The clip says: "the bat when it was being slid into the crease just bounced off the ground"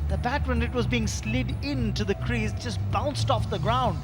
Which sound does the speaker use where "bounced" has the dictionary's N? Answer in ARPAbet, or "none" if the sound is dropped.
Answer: N